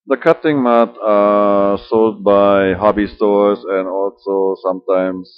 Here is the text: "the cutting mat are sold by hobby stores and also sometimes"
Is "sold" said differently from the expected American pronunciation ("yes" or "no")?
no